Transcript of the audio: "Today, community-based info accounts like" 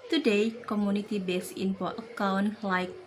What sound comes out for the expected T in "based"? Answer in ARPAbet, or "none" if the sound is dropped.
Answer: none